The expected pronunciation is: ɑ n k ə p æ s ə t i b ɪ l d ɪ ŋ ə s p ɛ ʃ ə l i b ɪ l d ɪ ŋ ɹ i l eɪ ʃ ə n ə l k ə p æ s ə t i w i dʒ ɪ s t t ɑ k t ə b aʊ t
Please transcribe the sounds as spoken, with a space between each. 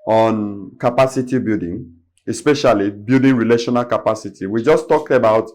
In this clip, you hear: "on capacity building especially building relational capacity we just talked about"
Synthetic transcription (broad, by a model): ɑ n k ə p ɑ s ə t i b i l d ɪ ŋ ə s p ɛ ʃ ə l i b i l d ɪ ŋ ɹ i l eɪ ʃ ə n ə l k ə p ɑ s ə t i w i dʒ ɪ s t t ɑ k t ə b aʊ t